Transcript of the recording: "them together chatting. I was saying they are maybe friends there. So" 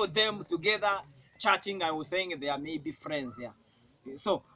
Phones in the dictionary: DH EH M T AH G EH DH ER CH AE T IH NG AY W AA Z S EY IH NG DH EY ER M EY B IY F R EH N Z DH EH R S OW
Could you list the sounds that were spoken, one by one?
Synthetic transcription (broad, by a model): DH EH M T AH G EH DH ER CH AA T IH NG AY W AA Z S EY IH NG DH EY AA M EY B IY F R EH N Z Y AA S OW